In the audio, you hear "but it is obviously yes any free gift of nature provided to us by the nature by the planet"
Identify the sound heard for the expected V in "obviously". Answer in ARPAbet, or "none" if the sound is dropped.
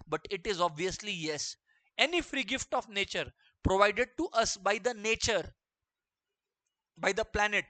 V